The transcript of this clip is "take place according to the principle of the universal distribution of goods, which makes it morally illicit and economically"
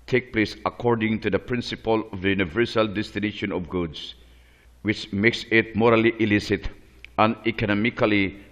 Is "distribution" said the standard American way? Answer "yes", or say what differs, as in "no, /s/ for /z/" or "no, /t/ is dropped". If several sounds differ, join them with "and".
no, /ɹ/ is dropped